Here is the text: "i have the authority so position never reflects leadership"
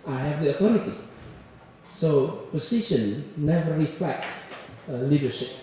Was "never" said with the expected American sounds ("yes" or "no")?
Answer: yes